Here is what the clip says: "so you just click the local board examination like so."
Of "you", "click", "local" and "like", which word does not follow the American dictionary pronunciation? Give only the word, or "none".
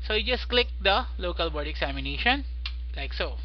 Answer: none